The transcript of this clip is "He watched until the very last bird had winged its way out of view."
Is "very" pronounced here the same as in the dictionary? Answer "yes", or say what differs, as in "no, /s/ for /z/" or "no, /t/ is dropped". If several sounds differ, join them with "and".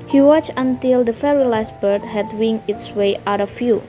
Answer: no, /f/ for /v/